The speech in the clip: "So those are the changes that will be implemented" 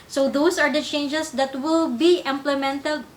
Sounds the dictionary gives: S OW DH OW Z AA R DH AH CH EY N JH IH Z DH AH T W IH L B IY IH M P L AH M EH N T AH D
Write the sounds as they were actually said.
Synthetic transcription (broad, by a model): S OW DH OW S AA R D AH CH EY N JH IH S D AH T W IH L B IY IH M P L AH M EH N T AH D